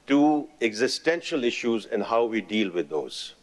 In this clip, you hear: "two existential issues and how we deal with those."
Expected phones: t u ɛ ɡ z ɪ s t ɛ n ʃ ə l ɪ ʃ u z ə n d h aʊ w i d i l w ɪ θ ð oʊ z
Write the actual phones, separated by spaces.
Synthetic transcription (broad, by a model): t u ɛ ɡ z ɪ s t ɛ n ʃ ə l ɪ ʃ u z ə n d h aʊ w i d i l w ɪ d oʊ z